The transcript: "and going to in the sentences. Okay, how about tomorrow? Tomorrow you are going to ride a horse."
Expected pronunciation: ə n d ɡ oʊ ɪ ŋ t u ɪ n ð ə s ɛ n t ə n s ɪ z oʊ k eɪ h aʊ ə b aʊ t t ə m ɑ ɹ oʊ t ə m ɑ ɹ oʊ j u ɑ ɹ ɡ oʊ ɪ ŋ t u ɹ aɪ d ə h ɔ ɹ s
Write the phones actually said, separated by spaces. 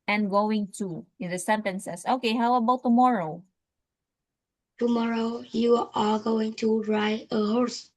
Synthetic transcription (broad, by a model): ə n ɡ oʊ ɪ ŋ t u ɪ n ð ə s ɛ n t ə n s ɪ s oʊ k eɪ h aʊ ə b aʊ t t ə m ɑ ɹ oʊ t ə m ɑ ɹ oʊ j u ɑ l ɡ oʊ ɪ ŋ t u ɹ aɪ ə h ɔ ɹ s